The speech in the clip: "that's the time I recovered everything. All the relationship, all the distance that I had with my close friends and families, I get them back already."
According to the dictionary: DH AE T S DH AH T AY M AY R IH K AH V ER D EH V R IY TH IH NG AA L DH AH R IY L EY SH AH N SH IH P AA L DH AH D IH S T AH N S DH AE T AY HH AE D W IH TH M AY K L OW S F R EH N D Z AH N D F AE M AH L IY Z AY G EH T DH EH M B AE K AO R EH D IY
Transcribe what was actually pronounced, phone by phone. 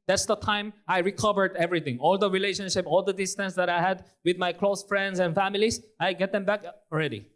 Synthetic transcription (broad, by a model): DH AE T S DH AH T AY M AY R IH K AH V ER D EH V R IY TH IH NG AA L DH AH R IY L EY SH AH N SH IH P AA L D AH D IH S T AH N S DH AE T AY HH AE D W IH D M AY K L OW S F R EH N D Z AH N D F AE M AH L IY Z AY G EH T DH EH M B AE K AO R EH D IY